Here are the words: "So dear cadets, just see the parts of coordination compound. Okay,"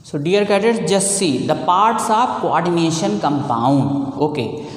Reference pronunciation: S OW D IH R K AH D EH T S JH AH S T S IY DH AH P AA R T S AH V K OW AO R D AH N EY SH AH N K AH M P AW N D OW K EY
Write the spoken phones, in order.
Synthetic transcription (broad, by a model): S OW D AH R K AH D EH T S JH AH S S IY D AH P AA R T S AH B K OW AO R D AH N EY SH AH N K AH M P AW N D OW K EY